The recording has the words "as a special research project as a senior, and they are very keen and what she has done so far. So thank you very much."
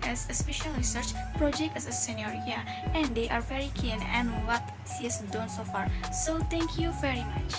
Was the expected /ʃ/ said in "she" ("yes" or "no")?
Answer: no